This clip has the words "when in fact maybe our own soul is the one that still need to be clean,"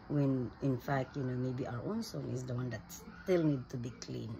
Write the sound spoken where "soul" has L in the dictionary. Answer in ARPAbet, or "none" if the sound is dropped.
N